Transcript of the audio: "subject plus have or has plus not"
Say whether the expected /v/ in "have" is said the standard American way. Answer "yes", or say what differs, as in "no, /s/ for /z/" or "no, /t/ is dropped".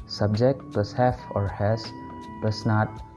no, /f/ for /v/